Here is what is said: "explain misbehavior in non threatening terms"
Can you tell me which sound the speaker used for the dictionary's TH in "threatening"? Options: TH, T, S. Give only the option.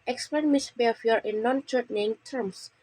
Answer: T